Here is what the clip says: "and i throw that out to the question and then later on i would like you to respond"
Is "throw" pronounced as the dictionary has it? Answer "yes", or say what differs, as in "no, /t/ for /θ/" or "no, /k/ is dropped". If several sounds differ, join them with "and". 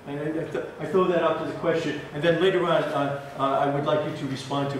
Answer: no, /ɹ/ is dropped